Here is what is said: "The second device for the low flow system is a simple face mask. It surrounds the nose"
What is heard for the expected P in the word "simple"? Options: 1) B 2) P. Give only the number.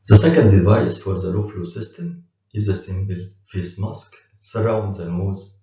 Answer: 1